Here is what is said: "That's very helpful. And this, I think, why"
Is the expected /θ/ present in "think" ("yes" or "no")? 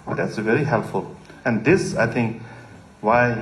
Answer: no